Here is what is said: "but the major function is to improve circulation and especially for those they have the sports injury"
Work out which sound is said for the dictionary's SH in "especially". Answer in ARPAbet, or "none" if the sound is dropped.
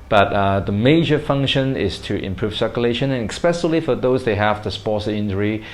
S